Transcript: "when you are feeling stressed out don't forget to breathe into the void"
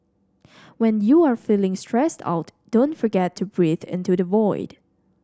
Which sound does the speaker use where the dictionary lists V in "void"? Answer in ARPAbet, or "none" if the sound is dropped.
V